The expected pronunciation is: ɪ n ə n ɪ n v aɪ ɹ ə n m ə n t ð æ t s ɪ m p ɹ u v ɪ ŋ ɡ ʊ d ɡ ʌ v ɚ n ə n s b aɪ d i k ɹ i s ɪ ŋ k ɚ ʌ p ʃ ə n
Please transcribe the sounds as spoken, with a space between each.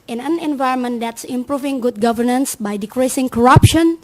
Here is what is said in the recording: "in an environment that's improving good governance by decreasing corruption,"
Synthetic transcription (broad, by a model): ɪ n ə n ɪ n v aɪ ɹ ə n m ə n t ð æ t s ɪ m p ɹ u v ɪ ŋ ɡ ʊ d ɡ ʌ v ɚ n ə n s b aɪ d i k ɹ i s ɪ ŋ k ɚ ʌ p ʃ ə n